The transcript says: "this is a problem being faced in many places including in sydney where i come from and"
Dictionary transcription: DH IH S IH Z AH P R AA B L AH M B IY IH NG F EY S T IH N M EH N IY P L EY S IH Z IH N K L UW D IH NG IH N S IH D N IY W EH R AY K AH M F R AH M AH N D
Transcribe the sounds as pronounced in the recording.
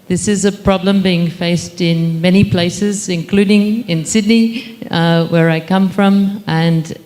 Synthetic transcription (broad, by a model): DH IH S IH Z AH P R AA B L AH M B IY IH NG F EY S T IH N M EH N IY P L EY S IH Z IH N K L UW D IH NG IH N S IH D N IY W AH R AY K AH M F R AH M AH N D